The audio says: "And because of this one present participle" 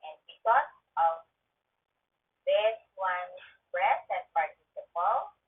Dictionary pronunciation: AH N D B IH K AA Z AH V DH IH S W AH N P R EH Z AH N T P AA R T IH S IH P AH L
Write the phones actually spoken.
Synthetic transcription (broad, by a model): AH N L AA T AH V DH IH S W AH N B R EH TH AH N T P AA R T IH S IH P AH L